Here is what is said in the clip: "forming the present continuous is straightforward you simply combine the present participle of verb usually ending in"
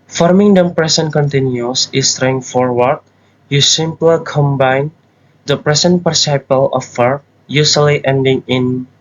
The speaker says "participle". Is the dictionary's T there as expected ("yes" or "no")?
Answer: no